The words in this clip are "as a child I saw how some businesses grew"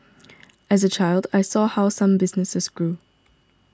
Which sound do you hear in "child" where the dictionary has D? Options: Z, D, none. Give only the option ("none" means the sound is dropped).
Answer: D